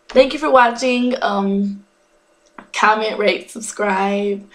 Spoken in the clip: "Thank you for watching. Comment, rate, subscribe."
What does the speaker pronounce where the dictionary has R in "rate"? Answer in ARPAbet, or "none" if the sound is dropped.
R